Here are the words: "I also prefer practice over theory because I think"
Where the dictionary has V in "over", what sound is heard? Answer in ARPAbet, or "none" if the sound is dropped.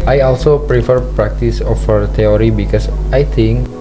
F